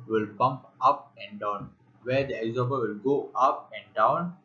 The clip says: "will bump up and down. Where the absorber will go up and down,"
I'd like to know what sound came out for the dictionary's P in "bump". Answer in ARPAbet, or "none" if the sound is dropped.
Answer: P